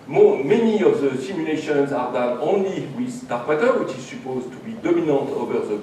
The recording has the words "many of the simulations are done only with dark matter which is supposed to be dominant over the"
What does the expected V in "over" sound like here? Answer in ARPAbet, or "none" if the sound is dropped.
V